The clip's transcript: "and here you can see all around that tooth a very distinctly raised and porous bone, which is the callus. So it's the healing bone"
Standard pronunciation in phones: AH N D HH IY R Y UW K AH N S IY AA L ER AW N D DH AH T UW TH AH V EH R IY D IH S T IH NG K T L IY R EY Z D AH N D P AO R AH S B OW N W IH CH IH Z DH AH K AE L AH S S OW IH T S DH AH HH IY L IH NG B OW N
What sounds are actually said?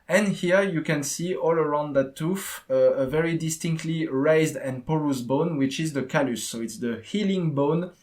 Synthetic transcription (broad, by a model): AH N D HH IY R Y UW K AH N S IY AA L ER AW N D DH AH T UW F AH V EH R IY D IH S T IH NG K T L IY R EY Z D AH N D P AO R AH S B OW N W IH CH IH Z DH AH K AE L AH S S OW IH T S DH AH HH IY L IH NG B OW N